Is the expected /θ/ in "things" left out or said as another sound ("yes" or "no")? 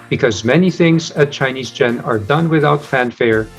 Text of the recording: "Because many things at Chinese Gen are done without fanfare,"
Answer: no